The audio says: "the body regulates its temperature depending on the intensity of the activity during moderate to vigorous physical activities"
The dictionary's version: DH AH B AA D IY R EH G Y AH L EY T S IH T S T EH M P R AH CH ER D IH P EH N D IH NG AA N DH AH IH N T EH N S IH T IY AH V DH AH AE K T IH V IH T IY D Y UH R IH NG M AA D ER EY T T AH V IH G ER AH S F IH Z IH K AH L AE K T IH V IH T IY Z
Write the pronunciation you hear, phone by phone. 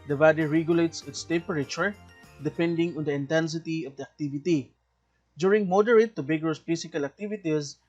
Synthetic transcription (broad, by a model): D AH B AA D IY R EH G Y AH L EY T S IH T S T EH P R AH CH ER D IH P EH N D IH NG AA N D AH IH N T EH N S IH T IY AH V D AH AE K T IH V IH T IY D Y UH R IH NG M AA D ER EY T T AH B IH G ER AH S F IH S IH K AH L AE K T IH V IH T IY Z